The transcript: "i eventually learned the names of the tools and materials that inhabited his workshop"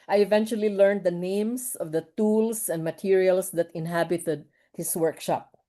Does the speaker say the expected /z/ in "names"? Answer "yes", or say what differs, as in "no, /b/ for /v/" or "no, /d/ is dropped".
no, /s/ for /z/